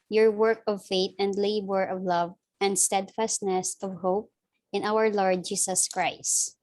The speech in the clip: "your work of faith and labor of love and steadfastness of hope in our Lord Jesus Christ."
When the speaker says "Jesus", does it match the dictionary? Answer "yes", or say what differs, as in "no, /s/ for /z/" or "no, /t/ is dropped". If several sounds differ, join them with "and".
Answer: no, /s/ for /z/